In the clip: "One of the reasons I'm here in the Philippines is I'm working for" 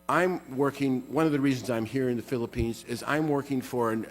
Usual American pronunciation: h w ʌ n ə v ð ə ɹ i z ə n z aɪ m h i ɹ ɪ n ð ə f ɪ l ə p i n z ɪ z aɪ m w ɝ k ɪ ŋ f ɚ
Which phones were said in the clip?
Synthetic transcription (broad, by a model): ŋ w ʌ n ə v ð ə ɹ i z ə n z aɪ m h i ɹ ɪ n ð ə f ɪ l ə p i n z ɪ z aɪ m w ɝ k ɪ ŋ f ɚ